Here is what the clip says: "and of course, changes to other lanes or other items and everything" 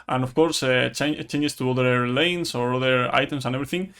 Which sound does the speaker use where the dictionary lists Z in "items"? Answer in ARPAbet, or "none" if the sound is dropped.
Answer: S